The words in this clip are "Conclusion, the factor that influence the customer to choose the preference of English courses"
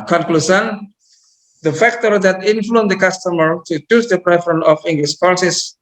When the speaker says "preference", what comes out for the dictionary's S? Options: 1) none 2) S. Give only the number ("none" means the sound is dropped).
1